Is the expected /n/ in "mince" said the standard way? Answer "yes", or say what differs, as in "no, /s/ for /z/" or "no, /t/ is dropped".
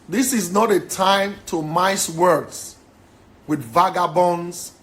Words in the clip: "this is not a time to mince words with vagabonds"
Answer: no, /n/ is dropped